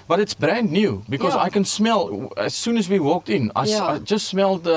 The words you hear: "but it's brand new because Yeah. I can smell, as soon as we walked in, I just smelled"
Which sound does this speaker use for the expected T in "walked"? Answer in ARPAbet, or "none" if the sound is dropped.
T